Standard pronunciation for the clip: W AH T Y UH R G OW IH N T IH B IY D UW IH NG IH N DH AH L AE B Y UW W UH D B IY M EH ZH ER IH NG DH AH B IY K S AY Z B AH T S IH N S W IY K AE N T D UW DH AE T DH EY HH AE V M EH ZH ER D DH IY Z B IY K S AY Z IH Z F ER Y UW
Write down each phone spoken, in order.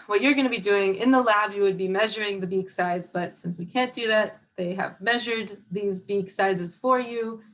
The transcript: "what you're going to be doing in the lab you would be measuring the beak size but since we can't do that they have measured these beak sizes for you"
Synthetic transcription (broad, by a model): W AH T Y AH R G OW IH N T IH B IY D UW IH NG IH N DH AH L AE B Y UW W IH D B IY M EH ZH ER IH NG DH AH B IY K S AY Z B AH T S IH N S W IY K AE N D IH DH AE T DH EY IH V M EH ZH ER D DH IY Z B IY K S AY Z IH Z F ER Y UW